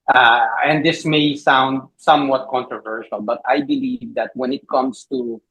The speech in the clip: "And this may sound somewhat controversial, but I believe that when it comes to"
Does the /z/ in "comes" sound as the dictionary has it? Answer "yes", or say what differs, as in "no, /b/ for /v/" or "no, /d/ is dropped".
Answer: no, /s/ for /z/